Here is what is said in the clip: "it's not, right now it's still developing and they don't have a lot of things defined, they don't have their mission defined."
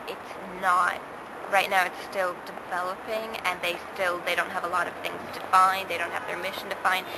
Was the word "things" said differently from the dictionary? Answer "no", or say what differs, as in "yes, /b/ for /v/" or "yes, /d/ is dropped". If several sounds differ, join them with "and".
no